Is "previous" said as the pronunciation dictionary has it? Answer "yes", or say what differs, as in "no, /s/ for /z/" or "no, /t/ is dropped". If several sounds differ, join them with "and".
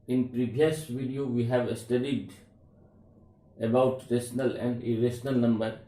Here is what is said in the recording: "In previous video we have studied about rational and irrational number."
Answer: no, /b/ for /v/